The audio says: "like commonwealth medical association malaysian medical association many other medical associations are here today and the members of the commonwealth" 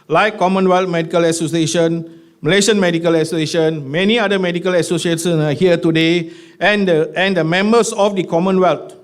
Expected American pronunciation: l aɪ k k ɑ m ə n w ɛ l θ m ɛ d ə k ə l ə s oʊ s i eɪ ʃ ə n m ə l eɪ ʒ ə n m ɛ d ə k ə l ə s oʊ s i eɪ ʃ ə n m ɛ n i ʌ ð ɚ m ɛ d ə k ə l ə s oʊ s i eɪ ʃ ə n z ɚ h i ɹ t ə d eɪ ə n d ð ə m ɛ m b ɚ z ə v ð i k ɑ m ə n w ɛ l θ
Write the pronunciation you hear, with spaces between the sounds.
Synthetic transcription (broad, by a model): l aɪ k k ɑ m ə n w ɛ l t m ɛ d ə k ə l ə s oʊ s i eɪ ʃ ə n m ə l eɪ ʃ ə n m ɛ d ə k ə l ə s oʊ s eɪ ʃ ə n m ɛ n i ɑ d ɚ m ɛ d ə k ə l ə s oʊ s i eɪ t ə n ɑ h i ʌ t ə d eɪ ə n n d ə m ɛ m b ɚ s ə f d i k ɑ m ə n w ɛ l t